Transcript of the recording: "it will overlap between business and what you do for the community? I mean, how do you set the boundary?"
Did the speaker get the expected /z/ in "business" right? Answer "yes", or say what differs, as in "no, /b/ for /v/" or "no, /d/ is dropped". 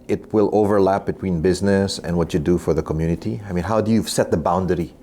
yes